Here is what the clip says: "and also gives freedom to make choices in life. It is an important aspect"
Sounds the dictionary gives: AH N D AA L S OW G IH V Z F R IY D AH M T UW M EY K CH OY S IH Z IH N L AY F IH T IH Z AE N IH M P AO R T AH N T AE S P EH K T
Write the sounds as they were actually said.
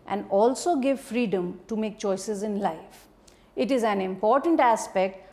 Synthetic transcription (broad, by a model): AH N D AA L S OW G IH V F R IY D AH M T UW M EY K CH OY S IH Z IH N L AY F IH T IH Z AE N IH M P AO R T AH N T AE S P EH K T